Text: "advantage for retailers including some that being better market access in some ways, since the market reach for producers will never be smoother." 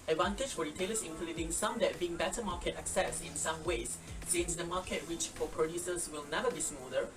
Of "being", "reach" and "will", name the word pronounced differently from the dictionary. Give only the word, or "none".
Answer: reach